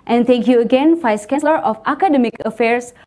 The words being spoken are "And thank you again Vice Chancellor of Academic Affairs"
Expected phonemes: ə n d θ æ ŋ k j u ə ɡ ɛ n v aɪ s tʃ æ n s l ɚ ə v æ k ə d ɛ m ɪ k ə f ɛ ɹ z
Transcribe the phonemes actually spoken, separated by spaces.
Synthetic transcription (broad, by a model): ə n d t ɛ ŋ k j u ə ɡ ɛ n f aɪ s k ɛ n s l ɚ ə f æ k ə d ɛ m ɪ k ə f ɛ ɹ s